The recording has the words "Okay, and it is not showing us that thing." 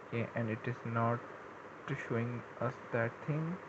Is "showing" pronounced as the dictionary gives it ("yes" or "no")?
yes